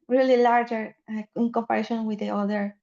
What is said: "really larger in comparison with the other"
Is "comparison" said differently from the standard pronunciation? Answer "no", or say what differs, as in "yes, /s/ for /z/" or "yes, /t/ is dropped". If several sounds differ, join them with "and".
yes, /ʃ/ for /s/